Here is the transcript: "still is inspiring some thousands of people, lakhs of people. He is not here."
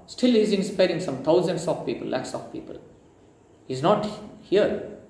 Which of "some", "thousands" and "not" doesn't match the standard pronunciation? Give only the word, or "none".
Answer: thousands